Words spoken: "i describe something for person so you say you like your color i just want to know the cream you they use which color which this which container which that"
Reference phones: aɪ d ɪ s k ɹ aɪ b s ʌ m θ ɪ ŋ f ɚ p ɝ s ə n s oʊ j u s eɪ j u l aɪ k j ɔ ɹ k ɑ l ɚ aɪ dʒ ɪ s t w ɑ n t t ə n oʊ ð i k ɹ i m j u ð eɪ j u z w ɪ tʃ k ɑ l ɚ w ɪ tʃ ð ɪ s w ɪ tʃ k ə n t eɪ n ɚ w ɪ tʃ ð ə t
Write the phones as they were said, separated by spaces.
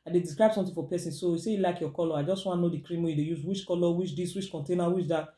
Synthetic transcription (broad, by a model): aɪ d ɪ s k ɹ aɪ b s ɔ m t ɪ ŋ f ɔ p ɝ s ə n s oʊ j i s eɪ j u l aɪ k j ɔ k ɑ l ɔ aɪ dʒ ɪ s t w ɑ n n oʊ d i k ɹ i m j u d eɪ j u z w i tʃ k ɑ l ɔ w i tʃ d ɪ s w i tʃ k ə n t eɪ n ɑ w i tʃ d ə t